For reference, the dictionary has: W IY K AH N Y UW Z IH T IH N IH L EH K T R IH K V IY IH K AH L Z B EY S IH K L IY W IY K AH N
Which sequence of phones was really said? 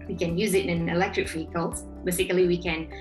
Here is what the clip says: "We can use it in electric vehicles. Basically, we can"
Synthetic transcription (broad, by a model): W IY K AH N Y UW Z IH T IH N IH L EH K T R IH K F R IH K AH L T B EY S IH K L IY W IY K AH N